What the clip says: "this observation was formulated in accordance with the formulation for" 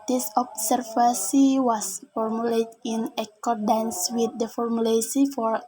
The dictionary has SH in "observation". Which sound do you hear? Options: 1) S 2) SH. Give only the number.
1